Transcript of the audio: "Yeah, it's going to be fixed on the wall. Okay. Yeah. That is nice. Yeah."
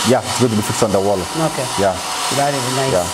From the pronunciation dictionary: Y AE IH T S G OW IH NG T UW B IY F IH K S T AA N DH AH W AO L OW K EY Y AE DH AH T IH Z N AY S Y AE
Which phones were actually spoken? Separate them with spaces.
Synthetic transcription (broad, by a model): Y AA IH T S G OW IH T UW B IY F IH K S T AA N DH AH W AO L OW K EY Y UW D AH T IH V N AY Y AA